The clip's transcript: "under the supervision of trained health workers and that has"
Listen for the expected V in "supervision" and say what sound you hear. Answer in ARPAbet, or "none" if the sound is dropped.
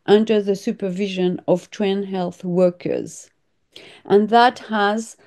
V